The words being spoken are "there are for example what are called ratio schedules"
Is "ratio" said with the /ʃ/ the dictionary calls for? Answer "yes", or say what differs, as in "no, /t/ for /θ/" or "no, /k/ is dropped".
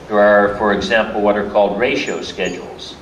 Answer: yes